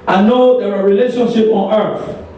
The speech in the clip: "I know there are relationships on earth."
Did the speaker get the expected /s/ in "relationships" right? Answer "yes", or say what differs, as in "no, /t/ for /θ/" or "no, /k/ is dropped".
no, /s/ is dropped